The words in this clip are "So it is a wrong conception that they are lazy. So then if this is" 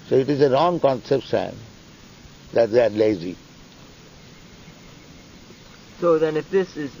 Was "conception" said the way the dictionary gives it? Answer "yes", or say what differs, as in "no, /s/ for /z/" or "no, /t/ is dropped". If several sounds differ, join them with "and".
no, /s/ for /ʃ/